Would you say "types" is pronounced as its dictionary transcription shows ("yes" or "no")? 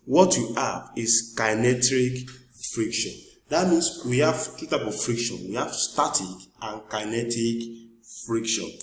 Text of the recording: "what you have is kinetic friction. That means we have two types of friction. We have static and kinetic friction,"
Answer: no